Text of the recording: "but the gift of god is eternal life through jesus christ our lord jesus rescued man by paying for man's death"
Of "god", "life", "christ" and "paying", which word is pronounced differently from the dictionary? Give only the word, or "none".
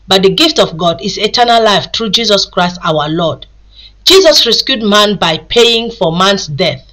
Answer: none